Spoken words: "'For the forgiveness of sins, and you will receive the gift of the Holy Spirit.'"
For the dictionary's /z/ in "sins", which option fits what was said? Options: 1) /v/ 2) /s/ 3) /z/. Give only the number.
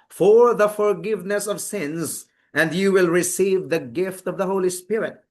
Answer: 3